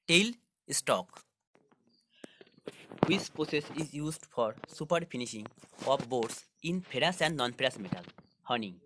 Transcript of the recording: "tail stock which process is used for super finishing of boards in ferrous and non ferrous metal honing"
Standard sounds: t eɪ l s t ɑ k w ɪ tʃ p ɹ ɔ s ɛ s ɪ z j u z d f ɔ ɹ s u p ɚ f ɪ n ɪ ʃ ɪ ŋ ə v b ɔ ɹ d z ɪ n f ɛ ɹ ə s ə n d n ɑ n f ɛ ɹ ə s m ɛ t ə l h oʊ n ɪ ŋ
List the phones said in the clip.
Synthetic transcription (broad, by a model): t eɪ l s t ɑ k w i s p ɹ ɔ s ɛ s ɪ z j u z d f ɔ ɹ s u p ɚ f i n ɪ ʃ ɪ ŋ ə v b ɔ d s ɪ n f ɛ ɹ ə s ə n d n ɑ n p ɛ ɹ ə s m ɛ t ə l h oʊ n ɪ ŋ